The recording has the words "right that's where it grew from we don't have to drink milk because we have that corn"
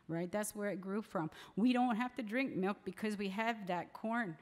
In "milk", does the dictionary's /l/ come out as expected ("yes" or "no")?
yes